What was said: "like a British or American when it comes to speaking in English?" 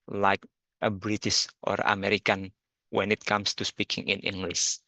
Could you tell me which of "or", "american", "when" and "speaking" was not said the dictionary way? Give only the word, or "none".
none